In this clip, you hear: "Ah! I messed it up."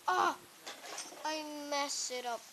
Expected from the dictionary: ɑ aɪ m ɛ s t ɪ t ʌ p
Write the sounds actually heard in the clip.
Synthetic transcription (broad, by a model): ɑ aɪ m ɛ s ɪ t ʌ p